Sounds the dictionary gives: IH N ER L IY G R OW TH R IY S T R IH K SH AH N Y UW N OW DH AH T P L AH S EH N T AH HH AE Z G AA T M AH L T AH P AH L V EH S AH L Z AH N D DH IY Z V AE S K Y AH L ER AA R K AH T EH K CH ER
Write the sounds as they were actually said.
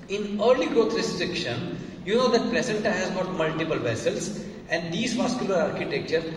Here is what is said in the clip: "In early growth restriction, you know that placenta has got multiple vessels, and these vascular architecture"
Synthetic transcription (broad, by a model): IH N ER L IY G R OW T R IY S T R IH K SH AH N Y UW N OW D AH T P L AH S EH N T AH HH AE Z G AA T M AH L T AH P AH L V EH S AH L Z AH N D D IY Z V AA S K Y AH L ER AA R K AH T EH K CH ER